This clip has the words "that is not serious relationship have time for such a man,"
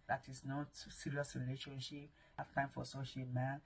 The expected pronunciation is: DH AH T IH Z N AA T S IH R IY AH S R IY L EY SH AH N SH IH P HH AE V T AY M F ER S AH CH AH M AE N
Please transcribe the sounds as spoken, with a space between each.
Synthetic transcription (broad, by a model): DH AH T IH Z N AA T S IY R IY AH S R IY L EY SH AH N SH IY P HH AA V T AY M F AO S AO SH AH M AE N